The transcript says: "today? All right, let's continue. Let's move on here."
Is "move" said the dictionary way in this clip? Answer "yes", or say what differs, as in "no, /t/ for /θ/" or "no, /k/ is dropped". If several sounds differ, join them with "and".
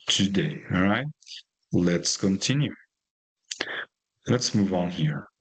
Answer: yes